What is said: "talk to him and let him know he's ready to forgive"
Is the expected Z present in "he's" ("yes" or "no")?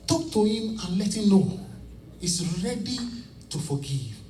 no